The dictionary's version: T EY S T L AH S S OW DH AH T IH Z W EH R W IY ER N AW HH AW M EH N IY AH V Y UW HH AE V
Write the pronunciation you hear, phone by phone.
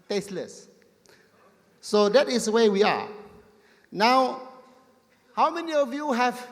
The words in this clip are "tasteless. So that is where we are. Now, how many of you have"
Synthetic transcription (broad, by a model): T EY S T L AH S S OW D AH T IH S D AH W W IY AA N AW HH AW M EH N IY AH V Y UW HH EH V